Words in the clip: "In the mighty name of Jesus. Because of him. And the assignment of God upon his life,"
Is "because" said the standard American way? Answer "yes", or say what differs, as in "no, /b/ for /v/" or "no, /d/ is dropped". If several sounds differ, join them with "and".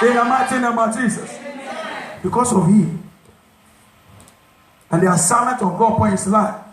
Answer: no, /s/ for /z/